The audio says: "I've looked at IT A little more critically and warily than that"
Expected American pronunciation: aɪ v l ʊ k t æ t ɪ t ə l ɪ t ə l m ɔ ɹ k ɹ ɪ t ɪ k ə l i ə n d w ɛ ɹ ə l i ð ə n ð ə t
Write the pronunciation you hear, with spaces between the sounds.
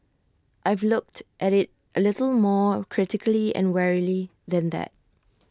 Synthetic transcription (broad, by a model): aɪ v l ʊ k t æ t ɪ t ə l ɪ t ə l m ɔ k ɹ ɪ t ɪ k ə l i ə n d w ɛ ɹ ə l i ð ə n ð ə t